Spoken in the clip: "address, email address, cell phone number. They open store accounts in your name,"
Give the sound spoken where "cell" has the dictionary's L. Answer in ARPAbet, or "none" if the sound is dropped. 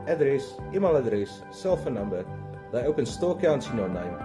L